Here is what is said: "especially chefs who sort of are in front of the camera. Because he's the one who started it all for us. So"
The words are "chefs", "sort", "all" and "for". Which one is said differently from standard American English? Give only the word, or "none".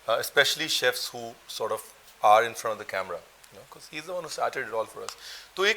none